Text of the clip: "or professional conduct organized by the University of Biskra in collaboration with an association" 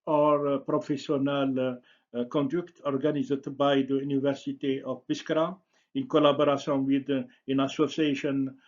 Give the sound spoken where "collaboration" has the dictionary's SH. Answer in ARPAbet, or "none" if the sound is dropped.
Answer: S